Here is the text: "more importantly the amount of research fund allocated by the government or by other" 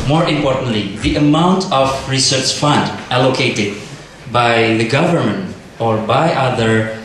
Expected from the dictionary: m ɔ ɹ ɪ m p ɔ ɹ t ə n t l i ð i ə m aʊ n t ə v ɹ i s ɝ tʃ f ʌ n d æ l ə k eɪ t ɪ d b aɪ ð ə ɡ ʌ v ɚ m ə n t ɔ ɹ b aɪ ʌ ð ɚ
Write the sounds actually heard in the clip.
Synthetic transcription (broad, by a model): m ɔ ɹ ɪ m p ɔ ɹ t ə n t l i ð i ə m aʊ n t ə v ɹ i s ɝ tʃ f ʌ n d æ l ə k eɪ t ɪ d b aɪ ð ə ɡ ʌ v ɚ m ə n t ɔ ɹ b aɪ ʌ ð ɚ